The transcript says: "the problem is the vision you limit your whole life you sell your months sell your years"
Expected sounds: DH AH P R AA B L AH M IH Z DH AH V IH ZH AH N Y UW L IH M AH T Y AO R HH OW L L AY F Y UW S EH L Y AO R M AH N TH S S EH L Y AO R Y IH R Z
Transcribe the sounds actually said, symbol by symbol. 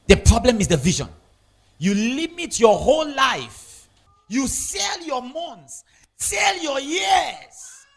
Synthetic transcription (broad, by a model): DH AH P R AA B L AH M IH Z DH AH V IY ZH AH N Y UW L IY M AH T Y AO HH OW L L AY F Y UW S EH L Y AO M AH N T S S EH L Y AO Y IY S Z